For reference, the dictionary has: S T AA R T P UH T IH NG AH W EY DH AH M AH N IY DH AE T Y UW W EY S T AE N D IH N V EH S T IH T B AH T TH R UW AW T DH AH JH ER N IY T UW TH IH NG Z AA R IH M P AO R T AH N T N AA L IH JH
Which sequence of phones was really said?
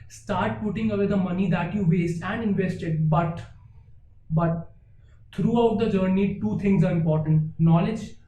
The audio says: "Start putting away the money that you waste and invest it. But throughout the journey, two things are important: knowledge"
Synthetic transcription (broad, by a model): S T AA R T P UH T IH NG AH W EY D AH M AH N IY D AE T Y UW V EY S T AE N D IH N V EH S T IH T B AH T T R UW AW T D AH JH ER N IY T UW T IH NG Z AA R IH M P AO R T AH N T N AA L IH JH